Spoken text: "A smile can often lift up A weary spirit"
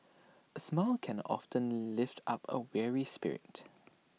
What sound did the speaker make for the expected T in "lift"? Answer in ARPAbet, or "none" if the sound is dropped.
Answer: T